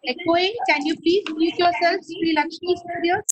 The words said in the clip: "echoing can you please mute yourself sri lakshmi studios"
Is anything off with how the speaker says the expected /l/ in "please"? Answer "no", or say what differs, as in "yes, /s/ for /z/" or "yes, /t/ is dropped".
yes, /l/ is dropped